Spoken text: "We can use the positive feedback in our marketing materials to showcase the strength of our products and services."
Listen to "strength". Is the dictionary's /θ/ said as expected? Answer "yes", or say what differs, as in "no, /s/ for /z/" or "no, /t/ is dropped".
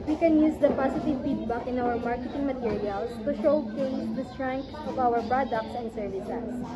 no, /s/ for /θ/